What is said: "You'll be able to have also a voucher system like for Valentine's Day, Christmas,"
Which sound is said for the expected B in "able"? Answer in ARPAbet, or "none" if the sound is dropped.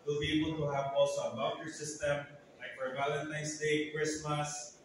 B